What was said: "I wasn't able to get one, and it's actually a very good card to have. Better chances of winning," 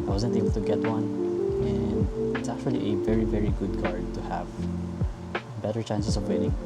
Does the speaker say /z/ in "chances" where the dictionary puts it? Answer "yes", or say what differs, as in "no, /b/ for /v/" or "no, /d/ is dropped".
no, /s/ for /z/